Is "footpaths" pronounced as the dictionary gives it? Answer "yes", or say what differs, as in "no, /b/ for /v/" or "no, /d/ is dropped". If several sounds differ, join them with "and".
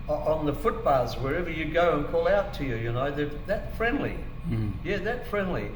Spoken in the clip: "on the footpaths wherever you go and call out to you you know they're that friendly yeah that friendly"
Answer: no, /b/ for /p/